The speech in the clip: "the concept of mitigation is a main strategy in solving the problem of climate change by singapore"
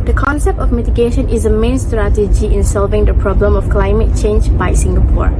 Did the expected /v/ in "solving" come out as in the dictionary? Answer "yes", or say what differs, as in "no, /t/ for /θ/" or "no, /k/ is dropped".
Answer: yes